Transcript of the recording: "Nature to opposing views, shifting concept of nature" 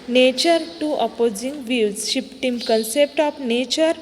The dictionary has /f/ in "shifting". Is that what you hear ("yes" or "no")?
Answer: no